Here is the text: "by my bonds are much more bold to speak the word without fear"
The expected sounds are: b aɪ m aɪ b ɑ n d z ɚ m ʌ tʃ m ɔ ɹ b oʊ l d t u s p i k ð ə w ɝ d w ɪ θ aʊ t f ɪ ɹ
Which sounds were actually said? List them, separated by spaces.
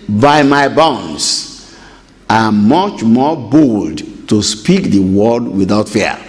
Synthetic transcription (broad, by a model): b aɪ m aɪ b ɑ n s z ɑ m ʌ tʃ m ɔ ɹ b oʊ l d t u s p i k ð ə w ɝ d w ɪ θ aʊ t f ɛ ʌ